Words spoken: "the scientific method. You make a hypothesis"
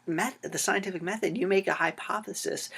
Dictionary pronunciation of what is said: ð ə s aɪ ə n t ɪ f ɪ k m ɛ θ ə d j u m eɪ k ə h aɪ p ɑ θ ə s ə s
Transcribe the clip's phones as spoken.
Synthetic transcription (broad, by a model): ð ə s aɪ ə n t ɪ f ɪ k m ɛ θ ə d j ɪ m eɪ k ə h aɪ p ɑ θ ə s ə s